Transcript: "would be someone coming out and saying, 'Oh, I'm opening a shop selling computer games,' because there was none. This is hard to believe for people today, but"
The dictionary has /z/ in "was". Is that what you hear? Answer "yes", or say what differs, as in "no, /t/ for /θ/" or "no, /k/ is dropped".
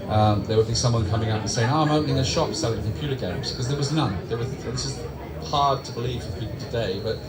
yes